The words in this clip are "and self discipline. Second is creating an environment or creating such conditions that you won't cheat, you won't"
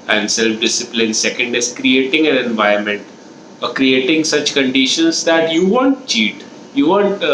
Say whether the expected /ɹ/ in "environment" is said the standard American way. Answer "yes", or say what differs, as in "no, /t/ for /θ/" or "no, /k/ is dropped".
no, /ɹ/ is dropped